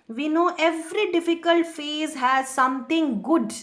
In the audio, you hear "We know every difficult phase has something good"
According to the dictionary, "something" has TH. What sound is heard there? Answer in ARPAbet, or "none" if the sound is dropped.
T